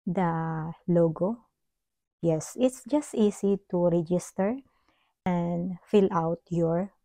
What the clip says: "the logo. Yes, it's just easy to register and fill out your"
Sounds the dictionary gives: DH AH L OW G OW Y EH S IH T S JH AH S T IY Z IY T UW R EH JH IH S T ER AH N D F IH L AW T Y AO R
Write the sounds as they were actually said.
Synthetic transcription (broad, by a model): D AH L OW G OW Y EH S IH T S JH AH S T IY S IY T UW R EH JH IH S T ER AH N D F IH L AW T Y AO R